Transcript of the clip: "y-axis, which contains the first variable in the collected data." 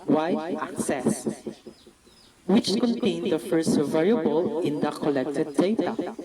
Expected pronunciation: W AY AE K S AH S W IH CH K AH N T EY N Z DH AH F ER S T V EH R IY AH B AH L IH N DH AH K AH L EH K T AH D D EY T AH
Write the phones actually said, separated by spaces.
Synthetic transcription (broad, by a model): W AY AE K S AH S W IH CH K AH N T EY N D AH F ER S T V EH R IY AH B AH L IH N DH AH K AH L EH K T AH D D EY T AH